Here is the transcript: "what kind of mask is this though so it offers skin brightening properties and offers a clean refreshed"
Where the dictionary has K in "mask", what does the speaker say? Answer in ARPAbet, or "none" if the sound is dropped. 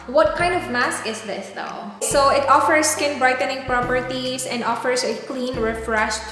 K